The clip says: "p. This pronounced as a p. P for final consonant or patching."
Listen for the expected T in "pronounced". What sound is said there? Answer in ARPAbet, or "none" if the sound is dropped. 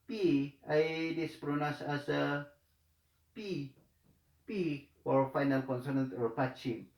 none